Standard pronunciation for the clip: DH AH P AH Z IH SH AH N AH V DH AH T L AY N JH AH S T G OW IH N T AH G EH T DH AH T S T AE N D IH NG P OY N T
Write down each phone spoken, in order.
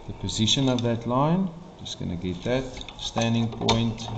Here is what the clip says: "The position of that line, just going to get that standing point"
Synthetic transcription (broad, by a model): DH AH P AH Z IH SH AH N AH V DH AH T L AY N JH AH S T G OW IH N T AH G EH T DH AH T S T AE N D IH NG P OY N T